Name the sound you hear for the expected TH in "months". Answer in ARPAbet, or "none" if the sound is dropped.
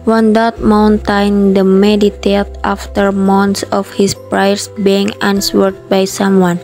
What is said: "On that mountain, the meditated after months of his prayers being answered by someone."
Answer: T